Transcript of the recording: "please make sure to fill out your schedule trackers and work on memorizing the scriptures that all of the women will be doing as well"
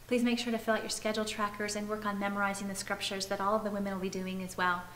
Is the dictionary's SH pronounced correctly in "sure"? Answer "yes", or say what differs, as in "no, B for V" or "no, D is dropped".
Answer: yes